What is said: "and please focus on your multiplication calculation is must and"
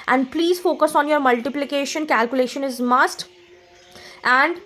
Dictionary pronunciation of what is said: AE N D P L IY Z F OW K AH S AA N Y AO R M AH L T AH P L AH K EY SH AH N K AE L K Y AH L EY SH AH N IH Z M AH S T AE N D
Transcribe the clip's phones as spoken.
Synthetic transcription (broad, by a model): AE N D P L IY Z F OW K AH S AA N Y AO R M AH L T AH P L AH K EY SH AH N K AE L K Y AH L EY SH AH N IH Z M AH S T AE N D